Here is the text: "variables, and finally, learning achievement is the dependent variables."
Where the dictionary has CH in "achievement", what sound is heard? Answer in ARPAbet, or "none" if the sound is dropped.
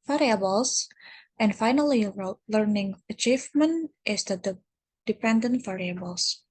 CH